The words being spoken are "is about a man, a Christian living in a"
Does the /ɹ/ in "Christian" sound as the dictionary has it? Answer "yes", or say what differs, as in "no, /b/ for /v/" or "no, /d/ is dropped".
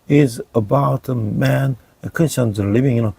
no, /ɹ/ is dropped